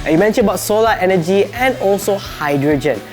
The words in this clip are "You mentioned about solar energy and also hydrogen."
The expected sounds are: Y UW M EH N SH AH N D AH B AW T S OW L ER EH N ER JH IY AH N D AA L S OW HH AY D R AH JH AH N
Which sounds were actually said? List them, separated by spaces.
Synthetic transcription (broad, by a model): Y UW M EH N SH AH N AH B AW T S OW L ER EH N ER JH IY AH N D AA L S OW HH AY D R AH JH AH N